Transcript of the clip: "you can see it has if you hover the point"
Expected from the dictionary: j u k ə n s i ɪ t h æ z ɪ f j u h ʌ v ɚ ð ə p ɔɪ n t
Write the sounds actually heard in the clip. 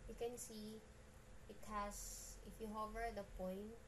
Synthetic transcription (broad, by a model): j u k ə n s i ɪ t h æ s ɪ f j u h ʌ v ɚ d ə p ɔɪ n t